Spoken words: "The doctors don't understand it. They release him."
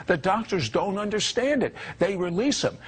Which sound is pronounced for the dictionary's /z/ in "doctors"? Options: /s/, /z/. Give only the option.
/z/